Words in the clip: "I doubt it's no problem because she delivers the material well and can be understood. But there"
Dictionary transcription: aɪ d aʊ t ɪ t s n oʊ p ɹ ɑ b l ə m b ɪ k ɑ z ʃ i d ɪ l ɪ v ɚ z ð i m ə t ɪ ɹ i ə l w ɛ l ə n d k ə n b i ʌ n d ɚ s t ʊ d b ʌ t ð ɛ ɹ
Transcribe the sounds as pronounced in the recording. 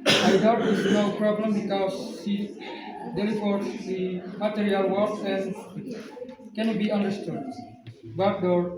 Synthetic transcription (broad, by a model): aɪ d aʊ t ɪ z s n oʊ p ɹ ɑ b l ə m b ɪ k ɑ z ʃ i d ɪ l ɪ p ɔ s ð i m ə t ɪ ɹ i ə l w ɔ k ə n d k ə n b i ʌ n d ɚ s t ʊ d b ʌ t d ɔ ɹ